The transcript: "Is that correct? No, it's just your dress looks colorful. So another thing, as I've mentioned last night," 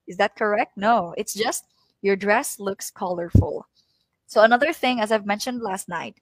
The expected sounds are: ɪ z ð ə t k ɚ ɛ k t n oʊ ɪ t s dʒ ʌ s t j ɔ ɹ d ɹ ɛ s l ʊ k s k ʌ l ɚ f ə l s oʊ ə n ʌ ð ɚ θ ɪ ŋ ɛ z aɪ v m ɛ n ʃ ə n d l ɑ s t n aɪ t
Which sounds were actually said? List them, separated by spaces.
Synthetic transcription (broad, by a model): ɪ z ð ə t k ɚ ɛ k t n oʊ ɪ t s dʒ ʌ s t j ɔ ɹ d ɹ ɛ s l ʊ k s k ʌ l ɚ f ə l s oʊ ə n ʌ ð ɚ θ ɪ ŋ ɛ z aɪ v m ɛ n ʃ ə n d l ɑ s t n aɪ t